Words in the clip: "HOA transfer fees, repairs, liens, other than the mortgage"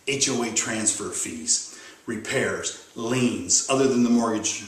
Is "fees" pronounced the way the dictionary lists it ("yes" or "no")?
yes